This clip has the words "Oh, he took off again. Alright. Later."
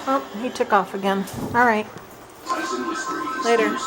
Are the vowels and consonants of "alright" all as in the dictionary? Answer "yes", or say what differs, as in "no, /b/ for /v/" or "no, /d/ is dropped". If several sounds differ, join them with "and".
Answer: yes